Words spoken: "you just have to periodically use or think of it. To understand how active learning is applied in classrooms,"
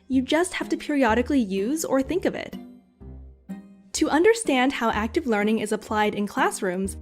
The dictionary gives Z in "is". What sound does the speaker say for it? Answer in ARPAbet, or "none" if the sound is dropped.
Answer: Z